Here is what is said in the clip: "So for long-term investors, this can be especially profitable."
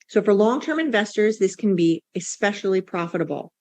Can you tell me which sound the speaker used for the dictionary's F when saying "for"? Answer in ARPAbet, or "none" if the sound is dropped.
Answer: F